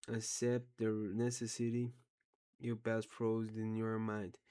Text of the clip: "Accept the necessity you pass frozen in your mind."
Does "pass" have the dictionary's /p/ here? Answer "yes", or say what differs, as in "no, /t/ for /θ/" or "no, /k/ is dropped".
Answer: no, /b/ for /p/